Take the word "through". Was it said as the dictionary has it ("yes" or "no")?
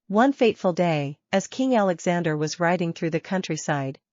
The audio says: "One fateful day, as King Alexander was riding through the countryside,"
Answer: yes